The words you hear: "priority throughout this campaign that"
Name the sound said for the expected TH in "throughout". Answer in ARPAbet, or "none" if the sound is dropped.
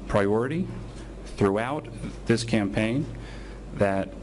TH